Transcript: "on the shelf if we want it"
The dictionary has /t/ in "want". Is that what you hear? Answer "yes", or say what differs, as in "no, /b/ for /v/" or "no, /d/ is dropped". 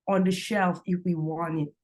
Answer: no, /t/ is dropped